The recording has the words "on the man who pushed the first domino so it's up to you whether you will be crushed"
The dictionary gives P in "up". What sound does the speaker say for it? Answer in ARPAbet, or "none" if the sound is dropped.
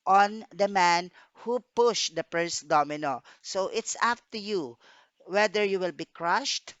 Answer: F